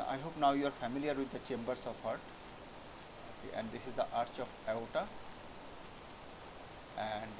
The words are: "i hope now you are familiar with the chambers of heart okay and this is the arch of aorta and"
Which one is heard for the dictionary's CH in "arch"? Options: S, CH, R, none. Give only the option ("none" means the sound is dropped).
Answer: CH